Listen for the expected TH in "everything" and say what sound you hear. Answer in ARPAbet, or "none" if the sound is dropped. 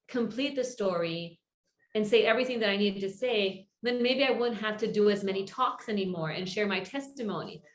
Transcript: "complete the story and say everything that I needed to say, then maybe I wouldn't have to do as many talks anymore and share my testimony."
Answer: TH